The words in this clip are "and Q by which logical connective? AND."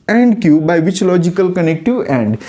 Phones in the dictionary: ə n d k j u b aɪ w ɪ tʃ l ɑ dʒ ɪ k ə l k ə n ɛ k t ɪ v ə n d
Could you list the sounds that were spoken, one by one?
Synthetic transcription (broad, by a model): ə n d k j u b aɪ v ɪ tʃ l ɑ dʒ ɪ k ə l k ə n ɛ k t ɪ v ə n d